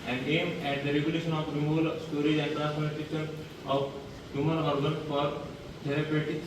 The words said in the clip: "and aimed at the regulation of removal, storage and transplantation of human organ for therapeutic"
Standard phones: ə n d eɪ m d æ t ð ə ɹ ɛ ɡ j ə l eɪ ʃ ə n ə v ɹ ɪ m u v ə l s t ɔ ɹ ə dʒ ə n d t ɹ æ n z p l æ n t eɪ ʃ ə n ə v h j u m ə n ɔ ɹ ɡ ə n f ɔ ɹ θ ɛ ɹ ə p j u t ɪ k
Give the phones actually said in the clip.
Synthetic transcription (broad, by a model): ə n d eɪ m æ t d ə ɹ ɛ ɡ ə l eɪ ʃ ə n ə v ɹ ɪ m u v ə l s t ɔ ɹ ə dʒ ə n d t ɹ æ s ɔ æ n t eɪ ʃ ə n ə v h j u m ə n ɔ ɹ ɡ ə n f ɔ ɹ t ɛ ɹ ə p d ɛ t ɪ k